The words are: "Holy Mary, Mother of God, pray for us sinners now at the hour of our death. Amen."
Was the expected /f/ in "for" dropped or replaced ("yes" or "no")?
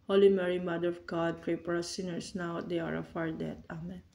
yes